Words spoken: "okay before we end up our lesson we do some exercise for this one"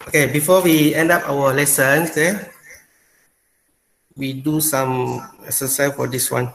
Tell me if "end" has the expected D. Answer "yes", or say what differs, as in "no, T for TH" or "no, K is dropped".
yes